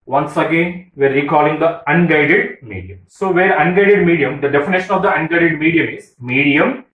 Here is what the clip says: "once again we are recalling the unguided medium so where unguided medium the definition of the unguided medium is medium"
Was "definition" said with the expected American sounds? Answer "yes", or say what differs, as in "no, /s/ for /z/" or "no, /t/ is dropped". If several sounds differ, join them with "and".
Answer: yes